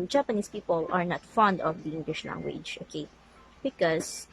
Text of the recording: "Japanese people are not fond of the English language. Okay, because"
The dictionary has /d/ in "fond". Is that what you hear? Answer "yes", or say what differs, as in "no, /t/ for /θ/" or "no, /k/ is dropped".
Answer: yes